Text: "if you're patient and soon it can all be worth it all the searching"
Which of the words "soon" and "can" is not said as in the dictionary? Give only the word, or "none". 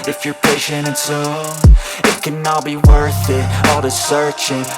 soon